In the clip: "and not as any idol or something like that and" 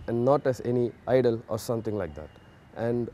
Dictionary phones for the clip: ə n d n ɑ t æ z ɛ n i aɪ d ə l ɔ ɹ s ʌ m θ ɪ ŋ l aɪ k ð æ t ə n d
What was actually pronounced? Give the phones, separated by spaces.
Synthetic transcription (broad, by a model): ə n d n ɑ t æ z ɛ n i aɪ d ə l ɔ ɹ s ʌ m t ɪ ŋ l aɪ k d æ t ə n d